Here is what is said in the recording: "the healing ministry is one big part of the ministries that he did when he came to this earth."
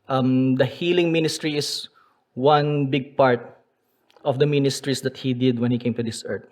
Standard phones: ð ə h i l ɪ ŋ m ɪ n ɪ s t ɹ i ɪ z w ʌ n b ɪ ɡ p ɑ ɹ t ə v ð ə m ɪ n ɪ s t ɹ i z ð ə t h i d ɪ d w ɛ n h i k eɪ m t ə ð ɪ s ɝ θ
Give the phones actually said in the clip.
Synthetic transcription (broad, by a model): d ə h i l ɪ ŋ m ɪ n ɪ s t ɹ i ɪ s w ʌ n b ɪ ɡ p ɑ ɹ t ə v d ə m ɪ n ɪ s t ɹ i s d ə t h i d ɪ d w ɛ n h i k eɪ m t ə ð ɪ s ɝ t